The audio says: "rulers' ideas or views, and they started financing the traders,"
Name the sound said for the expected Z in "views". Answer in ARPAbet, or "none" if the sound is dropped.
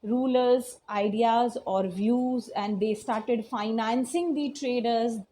Z